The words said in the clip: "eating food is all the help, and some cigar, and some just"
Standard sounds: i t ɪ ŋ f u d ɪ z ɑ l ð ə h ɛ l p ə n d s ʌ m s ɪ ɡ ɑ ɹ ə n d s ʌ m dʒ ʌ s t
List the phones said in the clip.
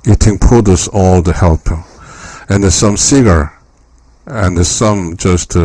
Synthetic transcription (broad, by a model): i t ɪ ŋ p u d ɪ s ɑ l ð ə h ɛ l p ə n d s ʌ m s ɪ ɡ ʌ ɹ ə n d s ʌ m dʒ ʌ s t